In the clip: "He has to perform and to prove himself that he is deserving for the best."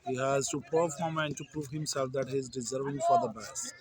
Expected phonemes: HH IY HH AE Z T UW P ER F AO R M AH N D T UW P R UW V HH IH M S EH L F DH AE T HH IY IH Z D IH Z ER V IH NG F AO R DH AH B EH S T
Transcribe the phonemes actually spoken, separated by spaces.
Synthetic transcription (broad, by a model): HH IY HH AE Z T UW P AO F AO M AH N D T UW P R UW V HH IH M S EH L F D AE T HH IY IH Z D IH Z ER V IH NG F AO R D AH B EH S